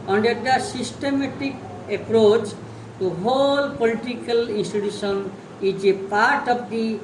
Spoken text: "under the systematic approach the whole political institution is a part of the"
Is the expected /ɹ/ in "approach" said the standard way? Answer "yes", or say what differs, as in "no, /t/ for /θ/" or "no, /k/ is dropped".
yes